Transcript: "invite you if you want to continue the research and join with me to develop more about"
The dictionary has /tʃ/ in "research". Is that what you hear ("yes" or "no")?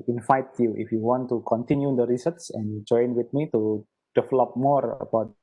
no